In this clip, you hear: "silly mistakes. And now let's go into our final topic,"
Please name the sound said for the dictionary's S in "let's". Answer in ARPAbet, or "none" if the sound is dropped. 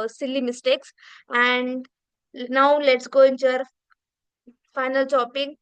S